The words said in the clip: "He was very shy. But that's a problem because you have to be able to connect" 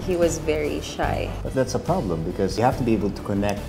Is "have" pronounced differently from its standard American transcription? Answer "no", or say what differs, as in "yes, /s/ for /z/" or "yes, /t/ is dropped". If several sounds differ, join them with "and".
yes, /f/ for /v/